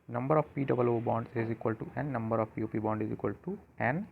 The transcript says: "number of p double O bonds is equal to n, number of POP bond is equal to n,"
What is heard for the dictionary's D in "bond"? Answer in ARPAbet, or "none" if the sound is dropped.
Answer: D